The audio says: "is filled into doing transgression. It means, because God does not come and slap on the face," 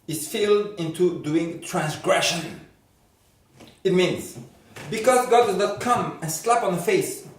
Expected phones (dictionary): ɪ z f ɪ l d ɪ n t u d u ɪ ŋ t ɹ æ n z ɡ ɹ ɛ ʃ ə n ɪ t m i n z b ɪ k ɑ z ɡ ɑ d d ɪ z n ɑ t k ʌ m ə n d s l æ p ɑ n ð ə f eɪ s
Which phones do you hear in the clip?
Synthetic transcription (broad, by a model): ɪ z f ɪ l d ɪ n t u d u ɪ ŋ t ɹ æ n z ɡ ɹ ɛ ʃ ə n ɪ t m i n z b ɪ k ɑ z ɡ ɑ d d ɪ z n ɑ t k ʌ m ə n s l æ p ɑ n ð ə f eɪ s